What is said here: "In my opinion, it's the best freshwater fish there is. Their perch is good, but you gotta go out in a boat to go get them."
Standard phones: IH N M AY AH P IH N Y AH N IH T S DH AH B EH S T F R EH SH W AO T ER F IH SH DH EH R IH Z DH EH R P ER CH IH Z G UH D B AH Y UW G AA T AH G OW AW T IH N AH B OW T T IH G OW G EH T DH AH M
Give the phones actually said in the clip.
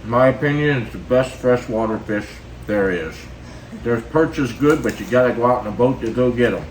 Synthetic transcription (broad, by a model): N M AY AH P IH N Y AH N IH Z DH AH B EH S T F R EH SH W AO T ER F IH SH DH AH R IH Z DH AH R P ER CH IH S G UH D B AH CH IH G AA T AH G OW AW T N AH B OW T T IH G OW G EH T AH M